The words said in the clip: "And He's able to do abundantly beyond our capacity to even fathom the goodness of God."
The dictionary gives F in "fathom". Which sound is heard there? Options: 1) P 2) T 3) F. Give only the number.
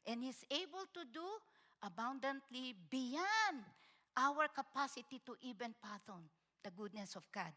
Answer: 1